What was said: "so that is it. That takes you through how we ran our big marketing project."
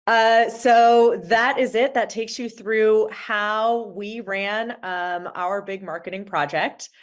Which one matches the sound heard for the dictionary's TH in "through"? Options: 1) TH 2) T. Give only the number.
1